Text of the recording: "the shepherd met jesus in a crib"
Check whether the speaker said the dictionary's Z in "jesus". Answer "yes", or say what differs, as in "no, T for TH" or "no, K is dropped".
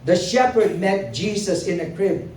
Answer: no, S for Z